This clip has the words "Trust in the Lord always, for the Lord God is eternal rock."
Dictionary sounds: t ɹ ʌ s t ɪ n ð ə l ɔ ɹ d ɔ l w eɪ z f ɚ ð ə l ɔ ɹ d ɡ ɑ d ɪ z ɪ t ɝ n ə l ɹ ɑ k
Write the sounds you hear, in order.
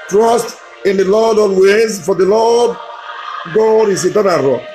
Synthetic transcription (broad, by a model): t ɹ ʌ s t ɪ n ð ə l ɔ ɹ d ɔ n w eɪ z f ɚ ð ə l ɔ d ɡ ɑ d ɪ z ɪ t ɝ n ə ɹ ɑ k